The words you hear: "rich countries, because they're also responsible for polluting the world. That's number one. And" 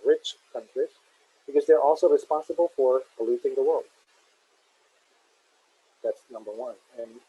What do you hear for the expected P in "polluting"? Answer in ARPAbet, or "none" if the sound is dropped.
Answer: B